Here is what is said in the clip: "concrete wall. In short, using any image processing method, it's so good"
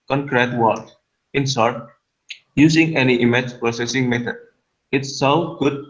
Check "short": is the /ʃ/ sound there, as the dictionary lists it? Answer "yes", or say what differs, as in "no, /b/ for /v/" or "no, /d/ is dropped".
no, /s/ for /ʃ/